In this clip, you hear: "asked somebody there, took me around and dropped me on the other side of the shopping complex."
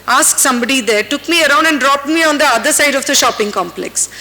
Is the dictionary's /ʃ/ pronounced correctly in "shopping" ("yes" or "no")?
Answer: yes